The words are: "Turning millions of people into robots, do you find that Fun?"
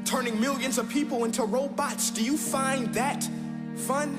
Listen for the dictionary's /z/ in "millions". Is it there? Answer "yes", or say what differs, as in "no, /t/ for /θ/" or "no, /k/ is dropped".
yes